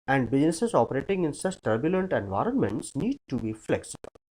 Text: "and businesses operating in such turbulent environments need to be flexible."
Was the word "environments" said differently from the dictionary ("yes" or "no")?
no